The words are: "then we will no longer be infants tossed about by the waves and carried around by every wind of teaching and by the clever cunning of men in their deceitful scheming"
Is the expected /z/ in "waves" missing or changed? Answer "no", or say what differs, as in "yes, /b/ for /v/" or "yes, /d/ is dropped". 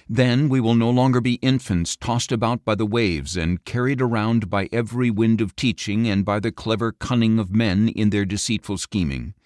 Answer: no